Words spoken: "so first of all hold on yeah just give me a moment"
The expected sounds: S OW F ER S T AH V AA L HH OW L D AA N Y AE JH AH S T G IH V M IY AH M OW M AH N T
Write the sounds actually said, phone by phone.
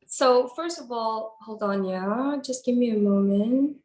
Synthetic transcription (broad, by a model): S OW F ER S T AH V AA L HH OW L D N Y AE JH AH S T G IH V M IY AH M OW M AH N T